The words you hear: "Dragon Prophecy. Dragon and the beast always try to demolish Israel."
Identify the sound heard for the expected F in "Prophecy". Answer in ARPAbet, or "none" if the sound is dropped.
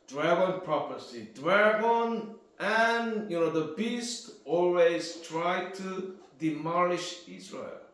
P